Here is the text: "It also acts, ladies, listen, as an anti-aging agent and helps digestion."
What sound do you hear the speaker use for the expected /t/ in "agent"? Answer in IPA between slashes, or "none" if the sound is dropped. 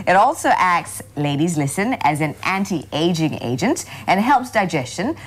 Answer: /t/